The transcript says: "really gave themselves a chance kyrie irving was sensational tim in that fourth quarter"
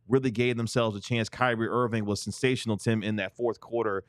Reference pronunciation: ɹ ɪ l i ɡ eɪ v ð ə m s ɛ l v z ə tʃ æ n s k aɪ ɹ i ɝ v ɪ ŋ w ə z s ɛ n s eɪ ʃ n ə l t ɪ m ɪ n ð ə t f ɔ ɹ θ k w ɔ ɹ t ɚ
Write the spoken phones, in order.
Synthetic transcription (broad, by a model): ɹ ɪ l i ɡ eɪ v ð ə m s ɛ l v z ə tʃ æ n s k aɪ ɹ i ɝ v ɪ ŋ w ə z s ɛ n s eɪ ʃ n l t ɪ m ɪ n ð ə t f ɔ ɹ θ k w ɔ ɹ t ɚ